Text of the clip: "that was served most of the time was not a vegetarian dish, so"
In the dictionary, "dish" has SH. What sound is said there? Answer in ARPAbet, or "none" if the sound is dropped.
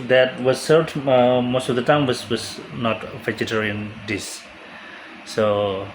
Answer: S